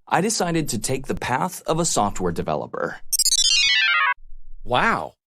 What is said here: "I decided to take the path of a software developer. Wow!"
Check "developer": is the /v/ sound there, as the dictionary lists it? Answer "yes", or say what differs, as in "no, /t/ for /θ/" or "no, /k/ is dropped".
yes